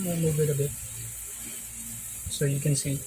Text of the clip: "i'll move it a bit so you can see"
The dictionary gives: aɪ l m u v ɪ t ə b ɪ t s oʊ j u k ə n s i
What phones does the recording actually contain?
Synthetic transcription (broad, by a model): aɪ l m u b ɪ t ə b ɪ t s oʊ j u k ə n s i